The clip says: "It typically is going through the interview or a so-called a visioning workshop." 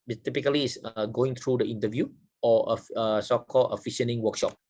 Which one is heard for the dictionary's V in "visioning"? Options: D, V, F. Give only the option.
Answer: F